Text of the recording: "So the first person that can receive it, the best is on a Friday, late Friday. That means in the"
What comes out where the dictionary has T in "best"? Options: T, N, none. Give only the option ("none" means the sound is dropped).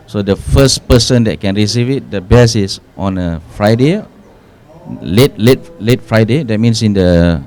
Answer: none